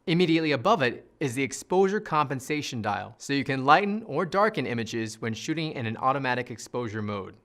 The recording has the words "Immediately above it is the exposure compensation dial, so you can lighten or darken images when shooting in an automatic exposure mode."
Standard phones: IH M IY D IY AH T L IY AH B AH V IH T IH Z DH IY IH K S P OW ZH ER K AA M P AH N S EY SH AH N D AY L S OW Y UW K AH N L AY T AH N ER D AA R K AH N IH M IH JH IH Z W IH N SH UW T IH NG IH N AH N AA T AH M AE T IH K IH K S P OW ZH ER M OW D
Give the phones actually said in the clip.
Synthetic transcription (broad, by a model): IH M IY D IY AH T L IY AH B AH V IH T IH Z DH IY IH K S P OW ZH ER K AA M P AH N S EY SH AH N D AY L S OW Y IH K AH N L AY T N ER D AA R K AH N IH M IH JH IH Z W IH N SH UW T IH NG IH N AH N AA T AH M AE T IH K IH K S P OW ZH ER M OW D